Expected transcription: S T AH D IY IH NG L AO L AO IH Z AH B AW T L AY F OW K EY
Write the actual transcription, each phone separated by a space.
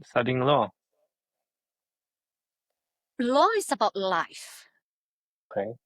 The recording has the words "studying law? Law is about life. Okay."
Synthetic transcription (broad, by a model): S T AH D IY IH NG L AO L AO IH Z AH B AW T L AY F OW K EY